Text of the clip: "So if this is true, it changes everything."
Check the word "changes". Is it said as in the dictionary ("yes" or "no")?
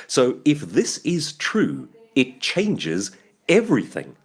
yes